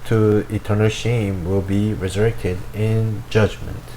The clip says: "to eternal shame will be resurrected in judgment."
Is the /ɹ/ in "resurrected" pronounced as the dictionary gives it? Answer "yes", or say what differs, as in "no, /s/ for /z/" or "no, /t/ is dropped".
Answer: yes